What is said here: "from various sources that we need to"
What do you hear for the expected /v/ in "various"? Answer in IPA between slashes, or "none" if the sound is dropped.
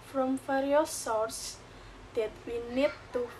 /f/